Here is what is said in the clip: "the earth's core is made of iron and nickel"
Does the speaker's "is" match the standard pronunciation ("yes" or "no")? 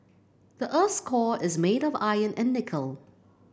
yes